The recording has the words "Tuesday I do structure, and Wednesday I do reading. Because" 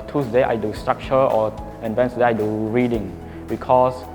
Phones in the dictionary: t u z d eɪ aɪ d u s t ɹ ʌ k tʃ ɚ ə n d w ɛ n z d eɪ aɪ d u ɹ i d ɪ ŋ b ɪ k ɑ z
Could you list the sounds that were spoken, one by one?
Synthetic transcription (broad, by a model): t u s d eɪ aɪ d u s t ɹ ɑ k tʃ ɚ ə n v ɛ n s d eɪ aɪ d u ɹ i d ɪ ŋ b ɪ k ɑ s